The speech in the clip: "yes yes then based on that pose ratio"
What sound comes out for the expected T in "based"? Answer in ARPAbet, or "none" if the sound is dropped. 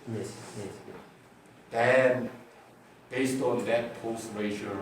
T